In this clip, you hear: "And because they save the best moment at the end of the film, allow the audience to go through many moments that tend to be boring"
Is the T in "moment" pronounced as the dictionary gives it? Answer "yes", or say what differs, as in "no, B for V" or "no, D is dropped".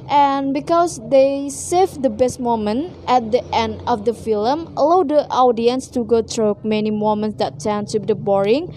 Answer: yes